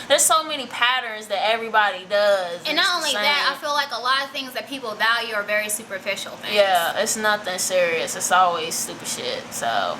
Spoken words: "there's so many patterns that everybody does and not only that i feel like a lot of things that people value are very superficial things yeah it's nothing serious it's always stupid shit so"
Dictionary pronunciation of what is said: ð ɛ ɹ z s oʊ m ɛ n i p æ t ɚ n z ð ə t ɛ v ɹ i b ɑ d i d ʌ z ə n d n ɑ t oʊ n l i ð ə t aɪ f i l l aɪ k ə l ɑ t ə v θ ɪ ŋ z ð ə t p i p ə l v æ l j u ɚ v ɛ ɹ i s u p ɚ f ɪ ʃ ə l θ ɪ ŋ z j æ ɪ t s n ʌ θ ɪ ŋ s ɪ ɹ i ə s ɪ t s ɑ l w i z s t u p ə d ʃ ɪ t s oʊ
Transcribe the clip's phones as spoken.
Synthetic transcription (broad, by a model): ð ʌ ɹ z s oʊ m ɛ n i p æ t ɚ n z ð ə t ɛ v ɹ i b ɑ d i d ʌ z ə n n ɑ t oʊ n l i ð ə t aɪ f i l l aɪ k ə l ɑ t ə v θ ɪ ŋ z ð ə t p i p l v æ l j u ɚ v ɛ ɹ i s u p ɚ f ɪ ʃ l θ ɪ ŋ j æ ɪ t s n ʌ θ ɪ ŋ s ɪ ɹ i ə s ɪ t s ɑ l w i z s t u p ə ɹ ʃ ɪ t s oʊ